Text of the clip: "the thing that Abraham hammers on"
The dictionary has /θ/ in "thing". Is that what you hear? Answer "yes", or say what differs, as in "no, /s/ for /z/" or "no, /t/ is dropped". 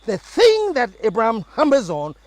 yes